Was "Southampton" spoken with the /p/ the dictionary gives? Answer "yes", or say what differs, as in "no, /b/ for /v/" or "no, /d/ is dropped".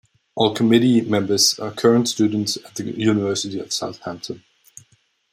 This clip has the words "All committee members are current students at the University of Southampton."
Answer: yes